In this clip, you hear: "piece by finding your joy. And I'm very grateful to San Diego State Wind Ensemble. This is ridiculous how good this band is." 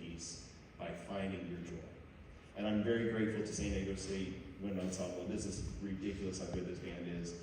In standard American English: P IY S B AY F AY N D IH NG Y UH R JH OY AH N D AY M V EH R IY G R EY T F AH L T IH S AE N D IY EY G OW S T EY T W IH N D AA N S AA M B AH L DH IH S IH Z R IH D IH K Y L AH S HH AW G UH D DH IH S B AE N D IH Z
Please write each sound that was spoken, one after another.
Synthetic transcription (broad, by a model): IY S B AY F AY N D IH NG Y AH R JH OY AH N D AY M V EH R IY G R EY T F L T IH S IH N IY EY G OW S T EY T W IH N AA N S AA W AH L DH IH S IH Z R IH D IH K Y L AH S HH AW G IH DH IH S B AE N D IH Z